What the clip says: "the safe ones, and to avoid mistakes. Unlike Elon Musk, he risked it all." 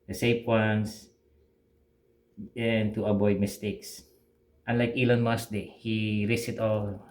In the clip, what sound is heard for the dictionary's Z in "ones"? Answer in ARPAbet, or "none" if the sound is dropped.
S